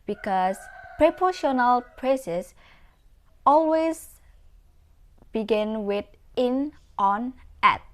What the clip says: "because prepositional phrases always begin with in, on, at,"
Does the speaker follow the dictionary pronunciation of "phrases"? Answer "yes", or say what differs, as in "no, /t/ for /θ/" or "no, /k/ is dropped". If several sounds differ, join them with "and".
no, /p/ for /f/ and /s/ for /z/